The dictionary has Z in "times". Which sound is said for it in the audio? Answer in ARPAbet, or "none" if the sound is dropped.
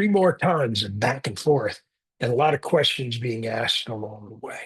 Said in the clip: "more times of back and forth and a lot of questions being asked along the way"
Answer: Z